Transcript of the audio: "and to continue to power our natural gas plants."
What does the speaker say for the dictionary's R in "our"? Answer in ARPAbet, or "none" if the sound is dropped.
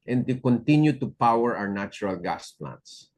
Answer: W